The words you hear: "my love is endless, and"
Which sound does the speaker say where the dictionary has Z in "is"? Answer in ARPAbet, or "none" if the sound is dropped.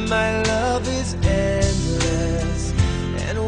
Z